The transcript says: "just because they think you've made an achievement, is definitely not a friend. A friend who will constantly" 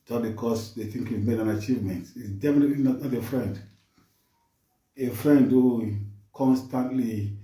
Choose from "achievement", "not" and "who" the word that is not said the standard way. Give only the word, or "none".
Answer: none